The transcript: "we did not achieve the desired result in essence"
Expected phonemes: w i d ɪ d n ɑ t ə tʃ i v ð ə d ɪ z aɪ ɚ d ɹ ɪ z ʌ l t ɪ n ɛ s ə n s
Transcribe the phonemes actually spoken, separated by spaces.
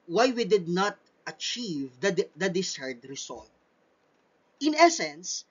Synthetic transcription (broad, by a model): w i d ɪ d n ɑ t ə tʃ i v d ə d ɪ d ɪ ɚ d ɹ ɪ s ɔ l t ɪ n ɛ s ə n s